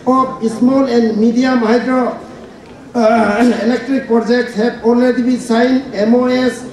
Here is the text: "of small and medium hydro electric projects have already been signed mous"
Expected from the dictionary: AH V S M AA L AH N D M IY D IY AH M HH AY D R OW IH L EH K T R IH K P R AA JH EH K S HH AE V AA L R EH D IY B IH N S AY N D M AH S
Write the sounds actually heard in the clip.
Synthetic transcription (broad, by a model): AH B S M AA L AH N D M IY D IY AH M HH AY D R OW IH L EH K T R IH K P R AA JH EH K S HH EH B AA L R EH D IY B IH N S AY N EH M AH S